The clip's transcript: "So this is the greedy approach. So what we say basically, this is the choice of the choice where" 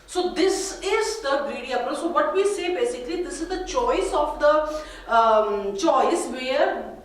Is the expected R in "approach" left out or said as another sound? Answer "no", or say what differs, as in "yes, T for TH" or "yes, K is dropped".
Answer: yes, R is dropped